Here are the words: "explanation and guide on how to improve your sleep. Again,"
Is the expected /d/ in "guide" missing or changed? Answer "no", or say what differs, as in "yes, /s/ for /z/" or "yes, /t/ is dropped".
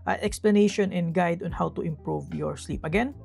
no